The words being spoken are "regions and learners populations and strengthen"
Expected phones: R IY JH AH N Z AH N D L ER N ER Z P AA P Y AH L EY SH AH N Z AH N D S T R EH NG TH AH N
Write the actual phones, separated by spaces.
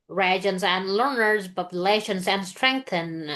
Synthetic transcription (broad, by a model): R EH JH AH N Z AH N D L ER N ER Z B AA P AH L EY SH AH N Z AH N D S T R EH NG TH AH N